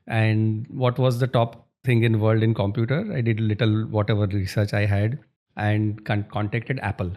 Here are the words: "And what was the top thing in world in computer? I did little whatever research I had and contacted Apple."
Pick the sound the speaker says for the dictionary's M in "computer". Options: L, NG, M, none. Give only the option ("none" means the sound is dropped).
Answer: M